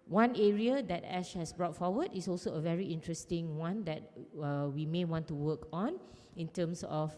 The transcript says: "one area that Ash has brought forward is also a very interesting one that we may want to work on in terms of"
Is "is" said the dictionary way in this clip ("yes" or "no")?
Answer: no